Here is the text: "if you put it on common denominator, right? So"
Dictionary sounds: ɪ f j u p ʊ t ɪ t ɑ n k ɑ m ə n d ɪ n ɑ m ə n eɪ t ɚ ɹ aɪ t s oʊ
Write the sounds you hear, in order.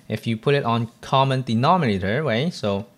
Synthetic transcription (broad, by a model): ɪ f j u p ʊ t ɪ t ɑ n k ɑ m ə n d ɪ n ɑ m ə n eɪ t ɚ w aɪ s oʊ